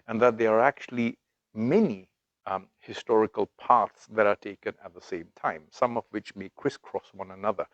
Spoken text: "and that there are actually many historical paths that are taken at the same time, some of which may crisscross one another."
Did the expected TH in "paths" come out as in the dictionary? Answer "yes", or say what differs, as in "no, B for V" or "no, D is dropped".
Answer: no, T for TH